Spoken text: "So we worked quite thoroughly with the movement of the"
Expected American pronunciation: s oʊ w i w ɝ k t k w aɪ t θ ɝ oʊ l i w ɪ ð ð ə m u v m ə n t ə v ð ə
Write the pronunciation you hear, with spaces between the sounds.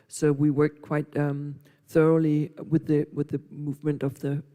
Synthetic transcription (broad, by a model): s oʊ w i w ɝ k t k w aɪ t θ ɝ oʊ l i w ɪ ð ð ə m u v m ə n t ə v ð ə